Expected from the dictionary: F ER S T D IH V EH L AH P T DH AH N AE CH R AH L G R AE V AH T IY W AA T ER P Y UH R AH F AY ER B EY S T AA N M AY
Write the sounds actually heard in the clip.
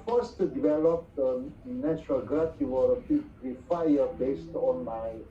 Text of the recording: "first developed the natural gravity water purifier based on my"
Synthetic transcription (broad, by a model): F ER S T D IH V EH L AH P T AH N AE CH R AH L G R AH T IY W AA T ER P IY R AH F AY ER B EY S T AA N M AY